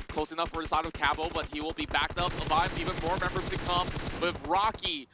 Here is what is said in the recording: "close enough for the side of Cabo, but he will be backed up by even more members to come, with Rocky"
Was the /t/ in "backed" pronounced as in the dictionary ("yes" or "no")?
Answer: yes